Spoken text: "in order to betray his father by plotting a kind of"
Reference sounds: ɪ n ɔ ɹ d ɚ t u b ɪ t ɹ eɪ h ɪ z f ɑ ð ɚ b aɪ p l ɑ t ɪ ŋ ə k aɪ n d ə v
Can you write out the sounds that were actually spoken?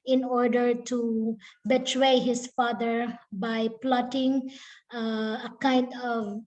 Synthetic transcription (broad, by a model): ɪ n ɔ ɹ d ɚ t u b ɪ t ɹ eɪ h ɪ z f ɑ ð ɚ b aɪ p l ɑ t ɪ ŋ ə k aɪ n d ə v